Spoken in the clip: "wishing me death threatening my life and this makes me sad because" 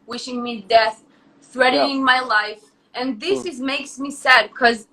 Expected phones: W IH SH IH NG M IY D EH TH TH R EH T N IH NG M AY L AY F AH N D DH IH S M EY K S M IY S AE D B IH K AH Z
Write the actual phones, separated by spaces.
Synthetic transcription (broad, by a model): W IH SH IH NG M IY D EH TH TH R EH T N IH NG M AY L AY F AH N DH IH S M EY K S M IY S AE D K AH Z